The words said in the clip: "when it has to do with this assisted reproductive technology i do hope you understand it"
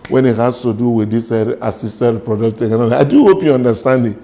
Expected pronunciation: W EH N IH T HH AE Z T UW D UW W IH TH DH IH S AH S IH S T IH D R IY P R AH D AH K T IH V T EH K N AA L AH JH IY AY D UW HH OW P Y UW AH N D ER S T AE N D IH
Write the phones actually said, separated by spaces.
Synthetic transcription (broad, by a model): W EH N IH T HH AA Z T UW D UW W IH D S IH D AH S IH S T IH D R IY P R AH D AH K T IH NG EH N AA AH IY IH D UW HH OW P Y UW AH N D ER S T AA N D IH